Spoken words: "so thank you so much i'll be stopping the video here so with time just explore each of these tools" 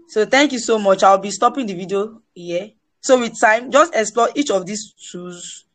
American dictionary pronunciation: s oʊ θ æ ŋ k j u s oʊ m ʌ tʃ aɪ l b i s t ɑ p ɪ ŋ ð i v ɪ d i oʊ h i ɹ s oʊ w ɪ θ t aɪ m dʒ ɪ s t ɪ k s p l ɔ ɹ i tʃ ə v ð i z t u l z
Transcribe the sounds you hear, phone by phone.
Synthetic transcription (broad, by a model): s oʊ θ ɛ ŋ k j u s oʊ m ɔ tʃ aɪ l b i s t ɑ p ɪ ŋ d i v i d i oʊ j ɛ s oʊ w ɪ t aɪ m dʒ ɪ s t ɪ k s p l ɔ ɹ i tʃ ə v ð i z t u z